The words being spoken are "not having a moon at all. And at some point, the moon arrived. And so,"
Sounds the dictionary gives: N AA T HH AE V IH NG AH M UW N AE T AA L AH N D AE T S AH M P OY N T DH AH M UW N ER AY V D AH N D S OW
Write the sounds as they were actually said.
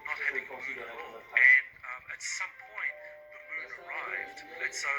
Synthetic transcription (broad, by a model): N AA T HH AE V IH NG AH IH N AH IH T S AH M P OY N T DH AH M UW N ER AY V D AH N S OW